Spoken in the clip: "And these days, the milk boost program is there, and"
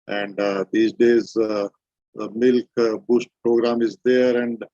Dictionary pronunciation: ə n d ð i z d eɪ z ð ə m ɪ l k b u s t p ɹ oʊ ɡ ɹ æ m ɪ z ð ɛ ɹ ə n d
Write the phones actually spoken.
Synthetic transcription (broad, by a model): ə n d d i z d eɪ z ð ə m ɪ l k b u s t p ɹ oʊ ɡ ɹ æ m ɪ z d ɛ ɹ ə n d